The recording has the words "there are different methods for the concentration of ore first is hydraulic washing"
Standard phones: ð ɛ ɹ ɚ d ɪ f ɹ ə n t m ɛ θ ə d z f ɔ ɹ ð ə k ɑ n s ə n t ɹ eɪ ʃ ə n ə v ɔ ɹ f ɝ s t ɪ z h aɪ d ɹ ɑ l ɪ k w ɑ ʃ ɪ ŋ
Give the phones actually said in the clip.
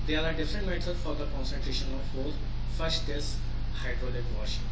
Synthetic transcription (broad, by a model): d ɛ ɹ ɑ d ɪ f ɹ ə n t m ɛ t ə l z f ɔ ɹ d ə k ɑ n s ə n t ɹ eɪ ʃ ə n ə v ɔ l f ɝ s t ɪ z h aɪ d ɹ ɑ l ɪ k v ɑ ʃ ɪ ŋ